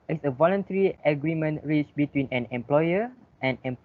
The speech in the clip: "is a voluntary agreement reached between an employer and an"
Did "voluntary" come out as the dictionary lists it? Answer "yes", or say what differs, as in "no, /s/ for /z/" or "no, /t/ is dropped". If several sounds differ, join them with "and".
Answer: yes